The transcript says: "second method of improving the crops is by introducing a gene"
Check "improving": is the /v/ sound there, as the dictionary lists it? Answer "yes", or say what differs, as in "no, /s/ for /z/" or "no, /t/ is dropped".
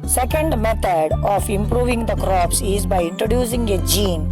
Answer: yes